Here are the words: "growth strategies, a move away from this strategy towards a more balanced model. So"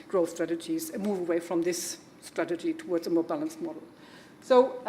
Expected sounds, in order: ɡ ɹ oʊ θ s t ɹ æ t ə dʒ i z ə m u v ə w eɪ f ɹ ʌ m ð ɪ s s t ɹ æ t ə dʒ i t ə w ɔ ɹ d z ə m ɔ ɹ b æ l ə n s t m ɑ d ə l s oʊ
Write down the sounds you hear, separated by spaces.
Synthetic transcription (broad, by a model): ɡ ɹ oʊ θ s t ɹ æ t ə dʒ i z ə m u v ə w eɪ f ɹ ʌ m ð ɪ s s t ɹ æ t ə dʒ i t ə w ɔ ɹ d z ə m ɔ ɹ b æ l ə n s t m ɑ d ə l s oʊ